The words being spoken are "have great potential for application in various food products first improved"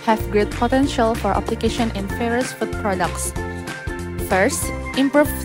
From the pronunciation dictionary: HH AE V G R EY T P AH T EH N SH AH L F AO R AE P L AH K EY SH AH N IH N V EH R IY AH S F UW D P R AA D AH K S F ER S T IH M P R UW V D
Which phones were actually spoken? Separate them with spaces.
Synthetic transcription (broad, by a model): HH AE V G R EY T P AH T EH N SH AH L F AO R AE P L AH K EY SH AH N IH N F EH R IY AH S F UW D P R AA D AH K S F ER S T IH M P R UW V